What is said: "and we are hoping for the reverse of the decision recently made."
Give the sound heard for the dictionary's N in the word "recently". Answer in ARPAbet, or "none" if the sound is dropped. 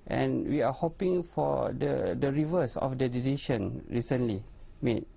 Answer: N